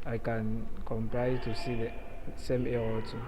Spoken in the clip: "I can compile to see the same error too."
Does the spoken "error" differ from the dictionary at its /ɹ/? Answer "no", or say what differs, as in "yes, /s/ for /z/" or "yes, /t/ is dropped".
yes, /ɹ/ is dropped